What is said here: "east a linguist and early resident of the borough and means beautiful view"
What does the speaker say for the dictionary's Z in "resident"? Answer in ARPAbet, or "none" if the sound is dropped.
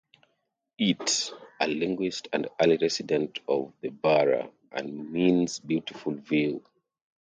S